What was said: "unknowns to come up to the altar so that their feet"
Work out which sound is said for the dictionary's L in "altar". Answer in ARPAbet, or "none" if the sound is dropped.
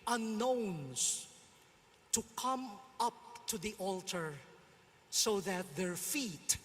L